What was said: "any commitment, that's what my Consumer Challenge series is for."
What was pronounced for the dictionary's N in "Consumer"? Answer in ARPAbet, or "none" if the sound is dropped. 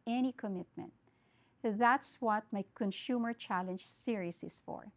N